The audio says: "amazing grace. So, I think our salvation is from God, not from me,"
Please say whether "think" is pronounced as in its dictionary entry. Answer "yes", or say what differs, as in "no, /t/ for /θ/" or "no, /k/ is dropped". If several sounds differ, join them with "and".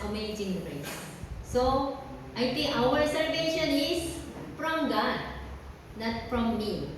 no, /t/ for /θ/